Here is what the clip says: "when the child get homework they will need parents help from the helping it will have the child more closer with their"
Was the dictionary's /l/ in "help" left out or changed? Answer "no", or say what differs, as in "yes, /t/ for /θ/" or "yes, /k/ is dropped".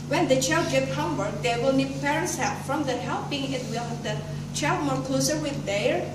yes, /l/ is dropped